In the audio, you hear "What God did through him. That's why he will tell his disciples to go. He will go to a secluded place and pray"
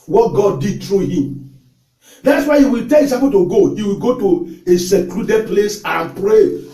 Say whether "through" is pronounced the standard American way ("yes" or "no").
no